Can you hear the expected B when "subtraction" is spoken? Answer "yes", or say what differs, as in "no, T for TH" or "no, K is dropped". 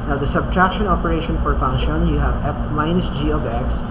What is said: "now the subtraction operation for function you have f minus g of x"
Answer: yes